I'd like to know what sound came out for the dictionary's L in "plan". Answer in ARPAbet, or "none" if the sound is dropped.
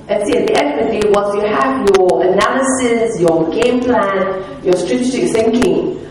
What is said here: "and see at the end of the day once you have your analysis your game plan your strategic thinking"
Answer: L